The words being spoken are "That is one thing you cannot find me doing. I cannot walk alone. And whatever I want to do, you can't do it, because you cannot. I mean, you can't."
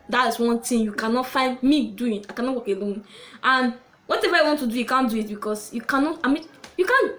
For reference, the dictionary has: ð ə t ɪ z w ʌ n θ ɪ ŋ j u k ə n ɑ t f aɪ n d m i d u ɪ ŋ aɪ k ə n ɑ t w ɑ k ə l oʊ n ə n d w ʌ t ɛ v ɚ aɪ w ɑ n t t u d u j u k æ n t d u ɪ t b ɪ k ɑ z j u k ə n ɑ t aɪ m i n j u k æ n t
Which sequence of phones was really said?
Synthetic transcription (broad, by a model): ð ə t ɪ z w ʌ n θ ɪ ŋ j u k ə n ɑ t f aɪ n d m i d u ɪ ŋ aɪ k ə n ɑ t w ɑ k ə l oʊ n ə n w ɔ t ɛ v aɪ w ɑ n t t u d u j u k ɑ n d u ɪ t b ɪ k ɑ s j u k ə n ɑ t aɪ m i n j u k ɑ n